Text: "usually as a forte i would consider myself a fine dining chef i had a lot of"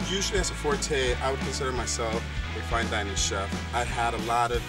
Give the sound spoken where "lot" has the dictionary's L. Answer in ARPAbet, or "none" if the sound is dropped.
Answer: L